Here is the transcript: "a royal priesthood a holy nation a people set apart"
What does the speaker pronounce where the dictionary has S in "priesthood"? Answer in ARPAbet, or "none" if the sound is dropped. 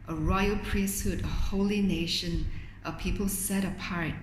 S